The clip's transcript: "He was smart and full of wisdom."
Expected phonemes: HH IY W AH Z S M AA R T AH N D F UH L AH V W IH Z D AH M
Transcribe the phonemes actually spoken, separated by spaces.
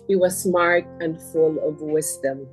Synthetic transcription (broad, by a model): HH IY W AH Z S M AA R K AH N F UH L AH V W IH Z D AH M